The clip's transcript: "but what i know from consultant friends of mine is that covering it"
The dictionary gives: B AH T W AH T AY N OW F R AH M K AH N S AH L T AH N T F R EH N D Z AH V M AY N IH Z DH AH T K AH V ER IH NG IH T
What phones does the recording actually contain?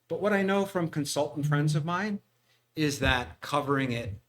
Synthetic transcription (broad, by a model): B AH T W AH T AY N OW F R AH M K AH N S AH L T N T F R EH N D Z AH V M AY N IH Z DH AH T K AH V ER IH NG IH T